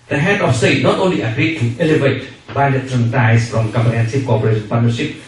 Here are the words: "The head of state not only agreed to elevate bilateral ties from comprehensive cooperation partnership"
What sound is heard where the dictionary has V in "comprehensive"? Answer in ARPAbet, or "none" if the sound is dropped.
P